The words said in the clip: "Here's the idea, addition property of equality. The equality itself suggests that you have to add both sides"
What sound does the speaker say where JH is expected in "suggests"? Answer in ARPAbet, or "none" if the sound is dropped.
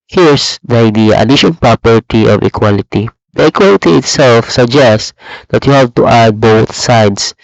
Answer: JH